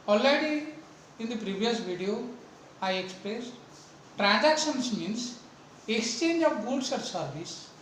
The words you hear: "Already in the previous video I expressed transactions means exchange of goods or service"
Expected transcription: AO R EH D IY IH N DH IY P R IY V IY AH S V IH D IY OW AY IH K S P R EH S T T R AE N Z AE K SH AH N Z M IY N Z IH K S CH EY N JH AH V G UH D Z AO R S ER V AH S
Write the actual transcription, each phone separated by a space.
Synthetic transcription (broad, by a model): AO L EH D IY IH N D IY P R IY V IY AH S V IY D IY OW AY IH K S P R EH S T T R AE N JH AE K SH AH N S M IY N S IH K S CH EY N JH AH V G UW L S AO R S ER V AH S